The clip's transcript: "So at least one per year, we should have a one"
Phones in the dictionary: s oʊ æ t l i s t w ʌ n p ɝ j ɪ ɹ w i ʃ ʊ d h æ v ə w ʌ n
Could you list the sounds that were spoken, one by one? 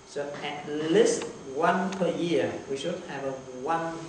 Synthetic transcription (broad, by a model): s oʊ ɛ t l i s t w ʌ n p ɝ j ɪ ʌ w i ʃ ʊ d h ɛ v ə w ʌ n